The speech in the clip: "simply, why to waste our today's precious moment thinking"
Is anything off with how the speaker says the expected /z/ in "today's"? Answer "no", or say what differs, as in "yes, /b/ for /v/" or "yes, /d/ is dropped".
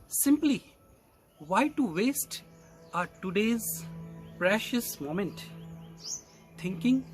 no